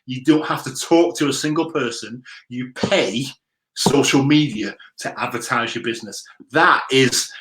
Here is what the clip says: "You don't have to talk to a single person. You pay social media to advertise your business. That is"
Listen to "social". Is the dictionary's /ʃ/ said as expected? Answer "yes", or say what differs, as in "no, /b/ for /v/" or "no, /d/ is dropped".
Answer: yes